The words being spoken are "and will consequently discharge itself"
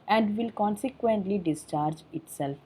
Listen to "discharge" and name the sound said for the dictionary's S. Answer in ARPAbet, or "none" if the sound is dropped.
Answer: S